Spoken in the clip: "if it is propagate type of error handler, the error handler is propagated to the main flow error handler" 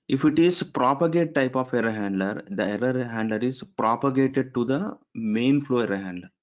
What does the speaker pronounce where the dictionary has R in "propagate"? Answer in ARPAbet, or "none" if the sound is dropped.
R